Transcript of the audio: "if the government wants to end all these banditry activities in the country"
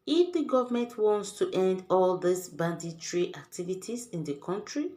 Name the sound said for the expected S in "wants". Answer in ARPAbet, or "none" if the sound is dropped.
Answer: S